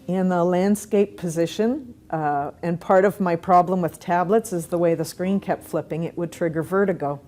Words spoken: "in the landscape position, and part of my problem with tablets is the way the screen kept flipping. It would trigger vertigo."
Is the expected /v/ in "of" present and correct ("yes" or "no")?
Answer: yes